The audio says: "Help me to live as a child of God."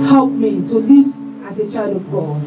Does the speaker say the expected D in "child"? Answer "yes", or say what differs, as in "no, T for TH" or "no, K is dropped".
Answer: no, D is dropped